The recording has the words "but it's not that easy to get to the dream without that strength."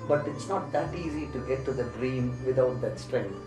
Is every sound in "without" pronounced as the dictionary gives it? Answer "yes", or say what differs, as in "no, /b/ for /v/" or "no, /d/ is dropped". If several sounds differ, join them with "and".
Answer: no, /t/ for /θ/